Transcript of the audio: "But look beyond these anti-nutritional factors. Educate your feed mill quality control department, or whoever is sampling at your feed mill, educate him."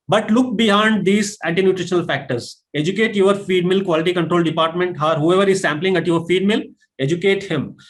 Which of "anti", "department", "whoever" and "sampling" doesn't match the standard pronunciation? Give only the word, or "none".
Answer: none